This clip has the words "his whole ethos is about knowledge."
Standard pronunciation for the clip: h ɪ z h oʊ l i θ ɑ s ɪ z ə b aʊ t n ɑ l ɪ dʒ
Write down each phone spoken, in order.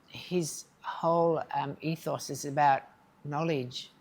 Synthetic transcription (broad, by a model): h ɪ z h oʊ l i θ ɑ s ɪ z ə b aʊ t n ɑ l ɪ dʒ